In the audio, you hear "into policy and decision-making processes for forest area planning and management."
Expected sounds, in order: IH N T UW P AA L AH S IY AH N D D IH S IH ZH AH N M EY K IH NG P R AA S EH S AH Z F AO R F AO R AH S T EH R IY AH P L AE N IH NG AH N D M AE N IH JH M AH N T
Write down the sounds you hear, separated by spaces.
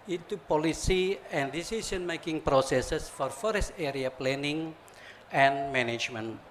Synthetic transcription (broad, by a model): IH N T UW P AA L AH S IY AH N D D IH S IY S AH N M EY K IH NG P R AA S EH S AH S F AO R F AO R AH S T EH R IY AH P L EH N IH NG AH N M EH N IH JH M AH N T